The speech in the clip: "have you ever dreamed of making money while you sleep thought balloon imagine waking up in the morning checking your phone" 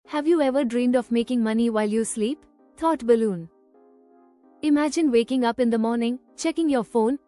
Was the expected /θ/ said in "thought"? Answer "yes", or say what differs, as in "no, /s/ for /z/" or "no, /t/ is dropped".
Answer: no, /t/ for /θ/